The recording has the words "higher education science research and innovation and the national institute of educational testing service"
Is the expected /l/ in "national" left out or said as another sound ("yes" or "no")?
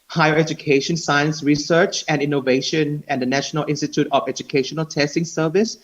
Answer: no